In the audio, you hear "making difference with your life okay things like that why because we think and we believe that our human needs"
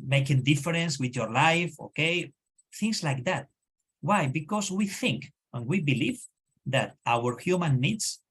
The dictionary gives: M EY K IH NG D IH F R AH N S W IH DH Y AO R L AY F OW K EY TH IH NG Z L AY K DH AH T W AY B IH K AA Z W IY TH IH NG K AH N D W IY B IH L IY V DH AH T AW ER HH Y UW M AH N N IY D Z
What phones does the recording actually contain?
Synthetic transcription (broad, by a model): M EY K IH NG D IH F R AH N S W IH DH Y AO R L AY F OW K EY TH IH NG S L AY K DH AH T W AY B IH K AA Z W IY TH IH NG K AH N W IY B IH L IY V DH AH T AW ER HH Y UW M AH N N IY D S